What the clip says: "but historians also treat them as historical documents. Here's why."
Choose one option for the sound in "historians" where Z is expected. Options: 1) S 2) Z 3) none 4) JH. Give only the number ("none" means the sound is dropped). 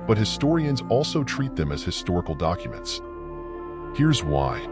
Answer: 2